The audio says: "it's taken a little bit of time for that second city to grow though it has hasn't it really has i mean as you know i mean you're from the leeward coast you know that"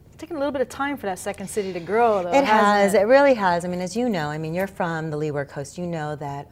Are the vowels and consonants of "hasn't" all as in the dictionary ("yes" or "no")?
no